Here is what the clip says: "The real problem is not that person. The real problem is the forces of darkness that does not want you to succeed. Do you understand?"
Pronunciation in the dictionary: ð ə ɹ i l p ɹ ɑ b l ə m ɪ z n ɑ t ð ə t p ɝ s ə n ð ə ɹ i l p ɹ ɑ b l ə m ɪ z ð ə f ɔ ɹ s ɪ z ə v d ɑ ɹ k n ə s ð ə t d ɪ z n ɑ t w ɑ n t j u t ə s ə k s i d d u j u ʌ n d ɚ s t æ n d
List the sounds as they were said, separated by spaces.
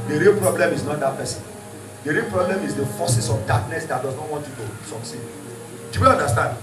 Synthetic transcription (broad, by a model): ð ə ɹ i l p ɹ ɑ b l ə m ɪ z n ɑ t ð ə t p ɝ s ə n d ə ɹ i l p ɹ ɑ b l ə m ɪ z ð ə f ɔ s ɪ s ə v d ɑ k n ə s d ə t d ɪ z n ɑ t w ɑ n t j u t ə s ə k s i d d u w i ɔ n d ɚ s t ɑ n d